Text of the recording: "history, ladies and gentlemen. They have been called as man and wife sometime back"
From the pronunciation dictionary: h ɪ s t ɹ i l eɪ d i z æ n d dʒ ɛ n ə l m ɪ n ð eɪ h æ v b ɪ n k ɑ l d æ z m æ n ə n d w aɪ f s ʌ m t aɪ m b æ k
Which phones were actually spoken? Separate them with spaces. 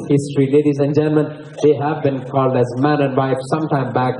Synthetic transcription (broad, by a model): h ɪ s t ɹ i l eɪ d i z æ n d dʒ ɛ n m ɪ n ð eɪ h æ v b ɪ n k ɑ l d æ z m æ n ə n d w aɪ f s ʌ m t aɪ m b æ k